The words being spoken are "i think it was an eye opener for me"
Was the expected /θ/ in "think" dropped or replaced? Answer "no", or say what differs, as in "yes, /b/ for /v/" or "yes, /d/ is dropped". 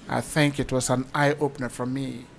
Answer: no